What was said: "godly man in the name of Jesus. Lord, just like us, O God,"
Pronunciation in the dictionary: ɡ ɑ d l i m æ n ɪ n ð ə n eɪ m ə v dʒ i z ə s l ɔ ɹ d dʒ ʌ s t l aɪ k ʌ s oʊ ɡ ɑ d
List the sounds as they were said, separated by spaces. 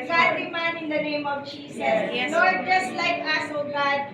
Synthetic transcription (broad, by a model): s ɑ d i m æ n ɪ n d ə n eɪ m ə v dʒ i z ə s n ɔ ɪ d dʒ ʌ s t l aɪ k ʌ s oʊ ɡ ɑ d